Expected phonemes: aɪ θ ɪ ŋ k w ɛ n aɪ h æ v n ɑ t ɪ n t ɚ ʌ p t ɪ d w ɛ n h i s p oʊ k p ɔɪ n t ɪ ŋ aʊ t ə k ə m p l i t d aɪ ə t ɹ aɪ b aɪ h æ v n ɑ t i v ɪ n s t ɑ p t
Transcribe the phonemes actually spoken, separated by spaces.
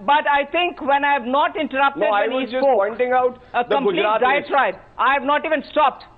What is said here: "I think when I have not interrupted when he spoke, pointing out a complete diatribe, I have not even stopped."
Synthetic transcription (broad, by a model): aɪ t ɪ ŋ k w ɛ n aɪ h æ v n ɑ t ɪ n t ɚ ʌ p t ɪ d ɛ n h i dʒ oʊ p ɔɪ n t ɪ ŋ aʊ t ə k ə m l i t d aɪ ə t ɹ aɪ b aɪ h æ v n ɑ t i v ɪ n s t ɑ p t